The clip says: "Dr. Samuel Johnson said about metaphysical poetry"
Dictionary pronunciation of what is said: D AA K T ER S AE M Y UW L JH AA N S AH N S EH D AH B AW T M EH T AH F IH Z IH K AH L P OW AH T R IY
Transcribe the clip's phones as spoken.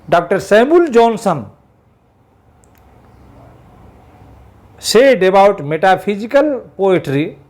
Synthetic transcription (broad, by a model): D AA K T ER S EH M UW L JH AA N S AH N S EH D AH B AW T M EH T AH P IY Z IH K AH L P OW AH T R IY